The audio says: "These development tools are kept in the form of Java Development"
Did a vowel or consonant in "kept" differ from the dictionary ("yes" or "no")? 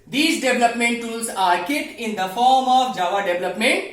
yes